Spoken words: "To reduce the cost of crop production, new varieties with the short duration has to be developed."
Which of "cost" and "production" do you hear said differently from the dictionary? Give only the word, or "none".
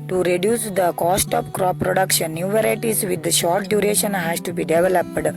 none